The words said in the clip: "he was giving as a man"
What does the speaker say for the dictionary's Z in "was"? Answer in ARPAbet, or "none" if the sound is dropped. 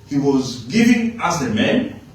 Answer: Z